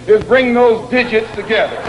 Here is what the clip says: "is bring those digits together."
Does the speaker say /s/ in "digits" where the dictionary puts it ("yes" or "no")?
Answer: yes